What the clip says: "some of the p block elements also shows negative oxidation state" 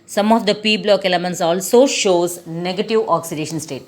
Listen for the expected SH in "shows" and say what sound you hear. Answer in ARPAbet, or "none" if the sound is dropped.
SH